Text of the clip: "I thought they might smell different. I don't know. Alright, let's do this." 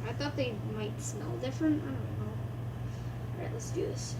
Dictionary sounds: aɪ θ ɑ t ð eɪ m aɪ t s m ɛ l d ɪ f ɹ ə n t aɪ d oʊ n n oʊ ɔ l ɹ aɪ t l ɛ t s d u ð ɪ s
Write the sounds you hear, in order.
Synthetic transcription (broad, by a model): aɪ θ ɑ t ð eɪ m aɪ t s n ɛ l d ɪ f ɹ ə n t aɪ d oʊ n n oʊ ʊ ɹ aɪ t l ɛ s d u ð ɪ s